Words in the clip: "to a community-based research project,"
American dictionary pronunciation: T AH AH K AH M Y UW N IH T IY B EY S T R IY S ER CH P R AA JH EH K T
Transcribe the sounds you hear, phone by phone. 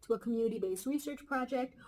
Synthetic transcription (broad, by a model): T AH AH K AH M Y UW N IH T IY B EY S T R IY S ER CH P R AA JH EH K T